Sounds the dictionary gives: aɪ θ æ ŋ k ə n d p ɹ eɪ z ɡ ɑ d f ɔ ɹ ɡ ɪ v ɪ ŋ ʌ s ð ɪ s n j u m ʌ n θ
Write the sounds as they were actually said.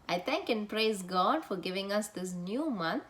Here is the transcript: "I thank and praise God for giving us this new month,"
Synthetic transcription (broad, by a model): aɪ t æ ŋ k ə n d p ɹ eɪ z ɡ ɑ d f ɔ ɹ ɡ ɪ v ɪ ŋ ʌ s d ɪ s n j u m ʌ n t